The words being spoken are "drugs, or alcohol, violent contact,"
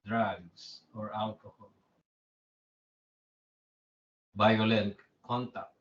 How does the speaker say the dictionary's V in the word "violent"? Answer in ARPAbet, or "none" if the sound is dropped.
B